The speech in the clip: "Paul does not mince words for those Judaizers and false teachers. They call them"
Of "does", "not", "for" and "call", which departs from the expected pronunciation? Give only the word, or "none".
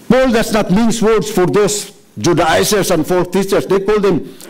does